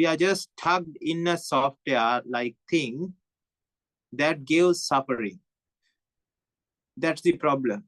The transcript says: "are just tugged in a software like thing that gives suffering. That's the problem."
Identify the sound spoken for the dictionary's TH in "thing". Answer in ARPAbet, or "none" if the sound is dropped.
T